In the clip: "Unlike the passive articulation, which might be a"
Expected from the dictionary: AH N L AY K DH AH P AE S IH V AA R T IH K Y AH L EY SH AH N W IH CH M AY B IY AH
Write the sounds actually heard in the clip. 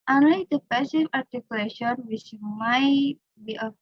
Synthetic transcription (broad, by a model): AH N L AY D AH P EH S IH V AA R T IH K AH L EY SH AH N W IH S M AY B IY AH